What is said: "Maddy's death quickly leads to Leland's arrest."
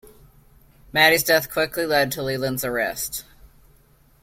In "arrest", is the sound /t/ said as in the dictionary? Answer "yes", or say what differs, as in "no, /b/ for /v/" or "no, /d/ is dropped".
yes